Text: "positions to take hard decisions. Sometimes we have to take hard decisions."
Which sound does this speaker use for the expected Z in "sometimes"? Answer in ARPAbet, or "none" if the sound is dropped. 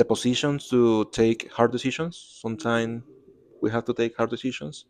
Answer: none